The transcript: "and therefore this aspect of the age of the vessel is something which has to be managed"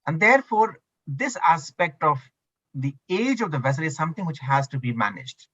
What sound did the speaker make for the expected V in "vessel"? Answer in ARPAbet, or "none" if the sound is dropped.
V